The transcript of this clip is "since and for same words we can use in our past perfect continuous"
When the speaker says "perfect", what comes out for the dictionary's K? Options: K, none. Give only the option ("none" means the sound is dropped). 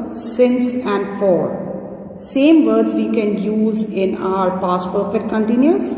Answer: none